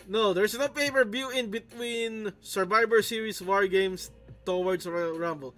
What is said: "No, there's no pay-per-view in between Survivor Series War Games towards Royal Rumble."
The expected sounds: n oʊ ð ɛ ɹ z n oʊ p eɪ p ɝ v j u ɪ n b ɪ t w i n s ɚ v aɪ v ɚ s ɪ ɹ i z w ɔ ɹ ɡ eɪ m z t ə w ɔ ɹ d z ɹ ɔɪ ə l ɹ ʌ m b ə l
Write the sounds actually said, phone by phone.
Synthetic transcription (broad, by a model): n oʊ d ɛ ɹ s n oʊ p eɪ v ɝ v j u ɪ n b ɪ t w i n s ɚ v aɪ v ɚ s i ɹ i s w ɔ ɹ ɡ eɪ m s t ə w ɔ ɹ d s ɹ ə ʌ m b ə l